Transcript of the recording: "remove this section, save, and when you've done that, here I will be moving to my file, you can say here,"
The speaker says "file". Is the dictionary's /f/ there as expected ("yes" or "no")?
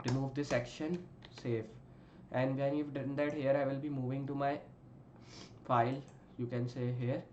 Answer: yes